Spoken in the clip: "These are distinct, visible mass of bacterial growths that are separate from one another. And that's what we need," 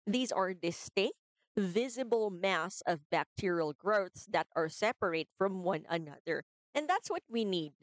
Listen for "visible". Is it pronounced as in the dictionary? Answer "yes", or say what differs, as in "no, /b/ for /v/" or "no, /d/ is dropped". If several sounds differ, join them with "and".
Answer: yes